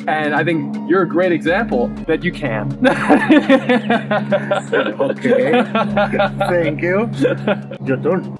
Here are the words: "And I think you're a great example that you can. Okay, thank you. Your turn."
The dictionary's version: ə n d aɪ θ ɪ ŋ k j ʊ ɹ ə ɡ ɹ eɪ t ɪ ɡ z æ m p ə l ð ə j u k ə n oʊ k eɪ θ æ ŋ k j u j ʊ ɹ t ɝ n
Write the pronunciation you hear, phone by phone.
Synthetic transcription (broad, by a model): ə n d aɪ θ ɪ ŋ k j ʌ ɹ ə ɡ ɹ eɪ t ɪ ɡ z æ m p l ð ə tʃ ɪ k ə n oʊ k eɪ θ æ ŋ k j u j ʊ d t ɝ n